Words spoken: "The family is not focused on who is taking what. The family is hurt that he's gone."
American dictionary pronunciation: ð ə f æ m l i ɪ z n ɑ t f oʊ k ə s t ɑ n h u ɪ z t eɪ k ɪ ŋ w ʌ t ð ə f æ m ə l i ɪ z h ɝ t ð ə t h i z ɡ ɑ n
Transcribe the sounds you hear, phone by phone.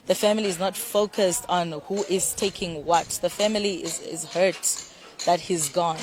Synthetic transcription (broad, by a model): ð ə f æ m l i ɪ z n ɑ t f oʊ k ə s t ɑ n h u ɪ z t eɪ k ɪ ŋ w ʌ t ð ə f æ m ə l i ɪ z h ɝ t ð ə t h i z ɡ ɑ n